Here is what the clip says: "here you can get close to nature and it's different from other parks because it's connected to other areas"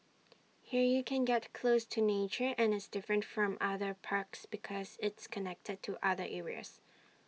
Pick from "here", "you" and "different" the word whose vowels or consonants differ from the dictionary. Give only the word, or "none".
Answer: none